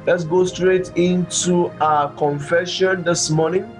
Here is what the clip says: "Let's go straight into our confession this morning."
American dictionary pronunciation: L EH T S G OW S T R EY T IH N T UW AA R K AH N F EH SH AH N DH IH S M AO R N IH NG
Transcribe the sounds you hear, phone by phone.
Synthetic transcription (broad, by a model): L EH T S G OW S T R EY T IH N T UW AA K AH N F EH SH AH N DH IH S M AO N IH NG